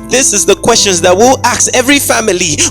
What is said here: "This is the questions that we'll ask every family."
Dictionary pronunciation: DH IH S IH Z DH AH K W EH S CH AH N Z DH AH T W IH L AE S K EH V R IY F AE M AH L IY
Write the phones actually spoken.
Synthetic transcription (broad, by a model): DH IH S IH Z DH AH K W EH S CH AH N Z DH AH T W IH L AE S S EH V R IY F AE M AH L IY